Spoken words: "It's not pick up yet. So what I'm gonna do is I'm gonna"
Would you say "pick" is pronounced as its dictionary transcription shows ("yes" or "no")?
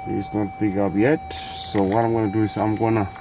no